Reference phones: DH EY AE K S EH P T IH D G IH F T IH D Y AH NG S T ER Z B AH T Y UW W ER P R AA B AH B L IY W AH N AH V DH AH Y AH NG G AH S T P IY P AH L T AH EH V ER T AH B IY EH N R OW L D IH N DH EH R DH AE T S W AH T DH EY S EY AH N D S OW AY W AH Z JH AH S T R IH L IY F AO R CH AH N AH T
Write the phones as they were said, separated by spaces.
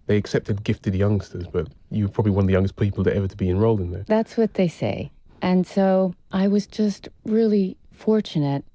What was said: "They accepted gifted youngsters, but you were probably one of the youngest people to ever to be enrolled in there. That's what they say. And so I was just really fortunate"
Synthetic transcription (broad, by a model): DH EY AE K S EH P T IH D G IH F T IH D Y AH NG S T ER Z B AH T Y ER P R AA B AH B L IY W AH N AH V DH AH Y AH NG G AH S P IY P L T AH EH V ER T AH B IY EH N R OW L D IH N DH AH R DH AE T S W AH T DH EY S EY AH N S OW AY W AH Z JH AH S T R IH L IY F AO R CH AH N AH T